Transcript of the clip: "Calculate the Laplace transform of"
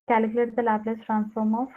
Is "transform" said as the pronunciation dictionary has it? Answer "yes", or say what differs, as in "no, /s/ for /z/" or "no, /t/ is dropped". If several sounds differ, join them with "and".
yes